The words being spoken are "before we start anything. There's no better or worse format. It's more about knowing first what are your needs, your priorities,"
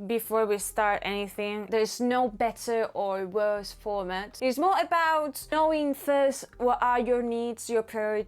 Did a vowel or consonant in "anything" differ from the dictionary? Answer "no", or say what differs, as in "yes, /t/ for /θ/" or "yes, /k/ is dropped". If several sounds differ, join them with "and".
no